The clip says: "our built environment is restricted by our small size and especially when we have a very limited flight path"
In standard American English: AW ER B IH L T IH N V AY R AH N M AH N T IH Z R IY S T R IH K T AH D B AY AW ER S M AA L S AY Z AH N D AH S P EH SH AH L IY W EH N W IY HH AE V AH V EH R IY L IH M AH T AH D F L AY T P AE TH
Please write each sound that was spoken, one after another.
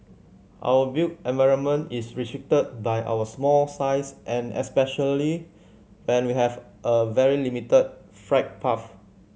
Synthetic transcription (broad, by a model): AW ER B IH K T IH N V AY R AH N M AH N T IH S R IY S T R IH K T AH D B AY AW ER S M AA L S AY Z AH N AH S P EH SH AH L IY W EH N W IY HH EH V AH V EH R IY L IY M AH T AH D F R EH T P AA F